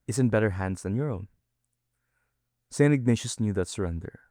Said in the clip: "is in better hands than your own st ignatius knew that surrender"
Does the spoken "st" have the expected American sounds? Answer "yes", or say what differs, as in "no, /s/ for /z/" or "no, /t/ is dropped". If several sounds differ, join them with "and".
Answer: no, /t/ is dropped